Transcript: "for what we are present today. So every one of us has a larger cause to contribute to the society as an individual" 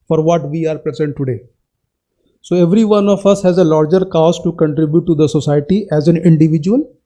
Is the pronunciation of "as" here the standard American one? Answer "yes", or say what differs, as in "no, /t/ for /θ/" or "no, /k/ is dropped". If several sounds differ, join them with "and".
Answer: yes